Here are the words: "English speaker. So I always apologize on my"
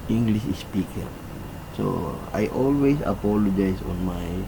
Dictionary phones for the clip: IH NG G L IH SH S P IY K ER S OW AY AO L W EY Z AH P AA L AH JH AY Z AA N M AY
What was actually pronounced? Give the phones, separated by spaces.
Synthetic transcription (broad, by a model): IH NG G L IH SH S P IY K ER S OW AY AO L W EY S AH P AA L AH JH AY S AA N M AY